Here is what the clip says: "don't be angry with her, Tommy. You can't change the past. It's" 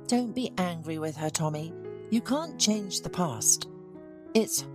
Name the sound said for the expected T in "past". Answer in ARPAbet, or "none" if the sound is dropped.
T